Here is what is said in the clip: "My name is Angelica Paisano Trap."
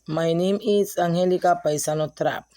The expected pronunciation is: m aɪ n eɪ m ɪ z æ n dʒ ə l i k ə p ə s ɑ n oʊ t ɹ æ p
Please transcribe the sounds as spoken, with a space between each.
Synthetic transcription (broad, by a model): m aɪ n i m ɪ s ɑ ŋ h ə l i k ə p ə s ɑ n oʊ t ɹ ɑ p